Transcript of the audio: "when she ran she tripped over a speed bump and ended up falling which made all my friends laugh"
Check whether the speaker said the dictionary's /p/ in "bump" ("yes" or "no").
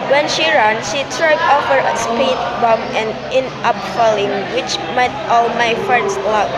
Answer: no